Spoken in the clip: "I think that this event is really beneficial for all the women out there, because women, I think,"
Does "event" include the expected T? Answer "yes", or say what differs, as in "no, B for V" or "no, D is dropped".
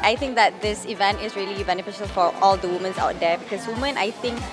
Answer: yes